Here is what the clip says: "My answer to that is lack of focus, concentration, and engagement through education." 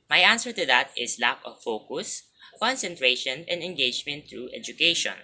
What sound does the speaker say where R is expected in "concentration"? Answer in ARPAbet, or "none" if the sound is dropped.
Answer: R